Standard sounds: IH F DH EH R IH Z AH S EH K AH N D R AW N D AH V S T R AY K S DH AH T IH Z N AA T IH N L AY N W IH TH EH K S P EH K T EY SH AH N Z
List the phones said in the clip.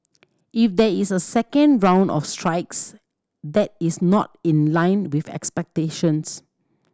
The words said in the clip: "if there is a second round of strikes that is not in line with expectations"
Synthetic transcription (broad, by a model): IH F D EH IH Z AH S EH K AH N D R AW N D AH F S T R AY K S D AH T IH S N AA T IH N L AY N W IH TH EH K S P EH K T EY SH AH N S